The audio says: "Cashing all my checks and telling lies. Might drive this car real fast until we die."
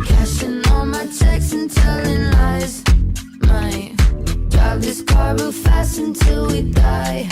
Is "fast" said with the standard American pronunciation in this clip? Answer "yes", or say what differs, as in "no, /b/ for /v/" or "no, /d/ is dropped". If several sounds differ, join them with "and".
no, /t/ is dropped